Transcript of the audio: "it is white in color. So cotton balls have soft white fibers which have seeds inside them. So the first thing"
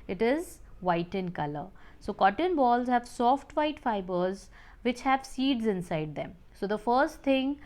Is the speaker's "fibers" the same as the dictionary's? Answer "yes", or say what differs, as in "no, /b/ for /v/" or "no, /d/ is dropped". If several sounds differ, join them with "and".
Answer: yes